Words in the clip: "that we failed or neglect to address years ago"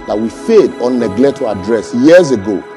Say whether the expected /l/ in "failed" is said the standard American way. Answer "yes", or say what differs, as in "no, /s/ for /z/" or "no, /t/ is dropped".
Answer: no, /l/ is dropped